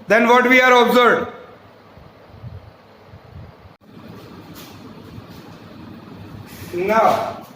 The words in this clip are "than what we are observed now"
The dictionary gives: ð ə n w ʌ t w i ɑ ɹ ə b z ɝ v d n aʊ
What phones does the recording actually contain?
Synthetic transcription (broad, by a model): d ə n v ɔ t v i ɑ ɹ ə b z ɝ d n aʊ